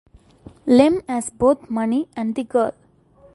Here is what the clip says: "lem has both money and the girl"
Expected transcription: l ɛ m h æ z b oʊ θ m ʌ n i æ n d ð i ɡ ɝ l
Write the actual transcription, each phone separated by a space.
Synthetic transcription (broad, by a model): l ɛ m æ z b oʊ t m ʌ n i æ n d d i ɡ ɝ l